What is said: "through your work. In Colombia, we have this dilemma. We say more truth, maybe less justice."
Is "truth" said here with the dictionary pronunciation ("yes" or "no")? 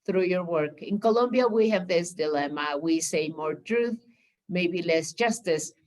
yes